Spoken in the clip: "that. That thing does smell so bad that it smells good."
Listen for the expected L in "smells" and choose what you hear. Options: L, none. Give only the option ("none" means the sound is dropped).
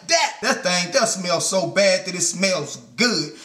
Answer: L